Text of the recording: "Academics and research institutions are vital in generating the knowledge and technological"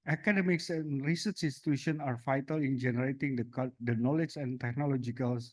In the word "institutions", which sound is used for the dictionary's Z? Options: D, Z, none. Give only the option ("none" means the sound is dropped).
none